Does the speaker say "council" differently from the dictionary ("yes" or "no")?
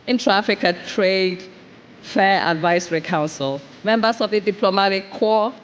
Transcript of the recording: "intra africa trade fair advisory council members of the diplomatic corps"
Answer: no